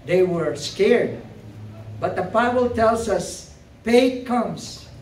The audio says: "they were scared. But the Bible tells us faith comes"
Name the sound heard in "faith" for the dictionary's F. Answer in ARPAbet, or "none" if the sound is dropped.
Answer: P